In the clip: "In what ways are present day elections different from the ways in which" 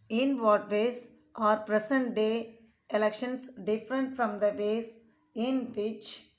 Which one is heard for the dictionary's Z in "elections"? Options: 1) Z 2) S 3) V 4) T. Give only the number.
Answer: 2